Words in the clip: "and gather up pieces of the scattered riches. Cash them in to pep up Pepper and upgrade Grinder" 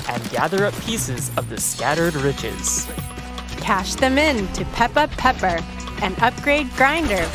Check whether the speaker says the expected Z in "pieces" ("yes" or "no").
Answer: yes